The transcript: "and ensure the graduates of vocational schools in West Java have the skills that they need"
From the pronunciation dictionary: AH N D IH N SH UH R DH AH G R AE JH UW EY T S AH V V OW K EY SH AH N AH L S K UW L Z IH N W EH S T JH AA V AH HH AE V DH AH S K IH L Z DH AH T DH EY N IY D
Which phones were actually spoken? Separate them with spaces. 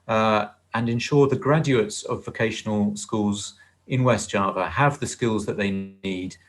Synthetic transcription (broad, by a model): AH N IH N SH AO DH AH G R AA JH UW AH T S AH V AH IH K EY SH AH N AH L S K UW L Z IH N W EH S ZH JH AA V AH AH V DH AH S K IH L Z DH AH T DH EY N IY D